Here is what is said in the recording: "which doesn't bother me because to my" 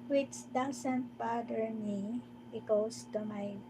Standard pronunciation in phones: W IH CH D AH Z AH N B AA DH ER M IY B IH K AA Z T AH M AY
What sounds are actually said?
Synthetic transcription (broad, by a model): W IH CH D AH S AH N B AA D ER M IY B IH K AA S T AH M AY